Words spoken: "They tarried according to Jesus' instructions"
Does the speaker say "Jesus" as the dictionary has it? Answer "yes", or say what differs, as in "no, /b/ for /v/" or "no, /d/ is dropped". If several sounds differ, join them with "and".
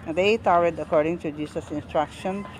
no, /s/ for /z/